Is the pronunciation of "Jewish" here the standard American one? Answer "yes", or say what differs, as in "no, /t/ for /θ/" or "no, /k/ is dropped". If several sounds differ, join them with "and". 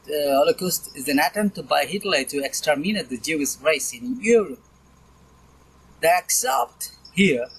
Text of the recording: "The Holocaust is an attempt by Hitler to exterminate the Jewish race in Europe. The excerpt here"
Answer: no, /s/ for /ʃ/